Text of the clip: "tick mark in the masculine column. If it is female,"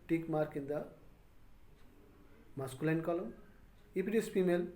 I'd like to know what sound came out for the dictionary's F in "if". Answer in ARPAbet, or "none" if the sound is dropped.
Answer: P